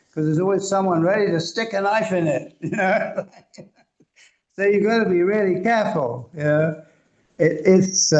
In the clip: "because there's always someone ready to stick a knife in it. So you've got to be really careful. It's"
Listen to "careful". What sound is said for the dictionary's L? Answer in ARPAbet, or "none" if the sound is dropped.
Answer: N